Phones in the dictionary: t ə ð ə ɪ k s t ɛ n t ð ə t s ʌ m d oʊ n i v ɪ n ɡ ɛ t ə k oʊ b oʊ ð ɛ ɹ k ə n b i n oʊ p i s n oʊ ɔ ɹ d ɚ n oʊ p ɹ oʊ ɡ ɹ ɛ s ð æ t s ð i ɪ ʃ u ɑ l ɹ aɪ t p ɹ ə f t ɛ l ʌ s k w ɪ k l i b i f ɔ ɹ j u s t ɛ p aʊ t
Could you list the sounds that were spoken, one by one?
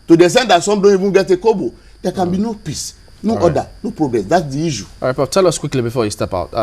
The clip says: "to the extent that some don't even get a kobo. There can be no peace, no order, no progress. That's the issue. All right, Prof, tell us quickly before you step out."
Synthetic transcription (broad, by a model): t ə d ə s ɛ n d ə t s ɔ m d oʊ n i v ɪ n ɡ ɛ t ə k oʊ b oʊ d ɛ k ə n b i n oʊ p i s n oʊ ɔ d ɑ n oʊ p ɹ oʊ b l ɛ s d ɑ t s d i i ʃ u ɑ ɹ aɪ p ə t ɛ l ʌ s k w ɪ k l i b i f ɔ j u s t ɛ p aʊ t